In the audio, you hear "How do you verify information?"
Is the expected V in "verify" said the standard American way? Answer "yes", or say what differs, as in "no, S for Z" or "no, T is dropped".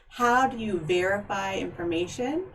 yes